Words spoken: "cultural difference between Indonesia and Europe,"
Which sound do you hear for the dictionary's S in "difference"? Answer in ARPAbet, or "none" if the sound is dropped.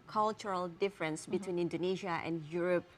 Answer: S